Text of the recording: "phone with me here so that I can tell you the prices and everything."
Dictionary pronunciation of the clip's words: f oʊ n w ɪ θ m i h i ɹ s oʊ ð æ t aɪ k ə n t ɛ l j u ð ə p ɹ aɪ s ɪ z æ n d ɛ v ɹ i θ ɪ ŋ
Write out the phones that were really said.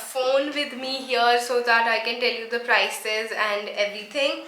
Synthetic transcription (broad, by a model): f oʊ n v ɪ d m i h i ɹ s oʊ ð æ t aɪ k ə n t ɛ l j u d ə p ɹ aɪ s ɪ z æ n d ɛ v ɹ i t ɪ ŋ